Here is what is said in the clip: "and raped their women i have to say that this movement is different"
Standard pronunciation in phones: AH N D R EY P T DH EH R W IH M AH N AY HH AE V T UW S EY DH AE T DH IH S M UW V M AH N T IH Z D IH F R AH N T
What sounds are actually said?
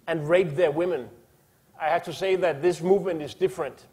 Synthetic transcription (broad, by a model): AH N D R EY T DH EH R W IH M AH N AY HH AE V T UW S EY DH AE T DH IH S M UW V M AH N T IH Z D IH F R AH N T